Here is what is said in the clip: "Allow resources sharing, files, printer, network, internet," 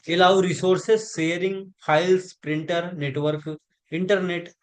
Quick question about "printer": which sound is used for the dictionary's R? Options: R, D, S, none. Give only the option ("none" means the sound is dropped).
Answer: R